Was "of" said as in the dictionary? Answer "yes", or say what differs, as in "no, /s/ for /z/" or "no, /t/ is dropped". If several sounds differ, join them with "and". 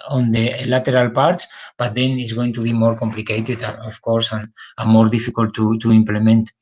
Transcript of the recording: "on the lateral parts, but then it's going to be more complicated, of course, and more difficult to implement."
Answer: no, /f/ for /v/